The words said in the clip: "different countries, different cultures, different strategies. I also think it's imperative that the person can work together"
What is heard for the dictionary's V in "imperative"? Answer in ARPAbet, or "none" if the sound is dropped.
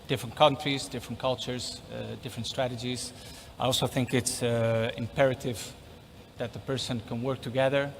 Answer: V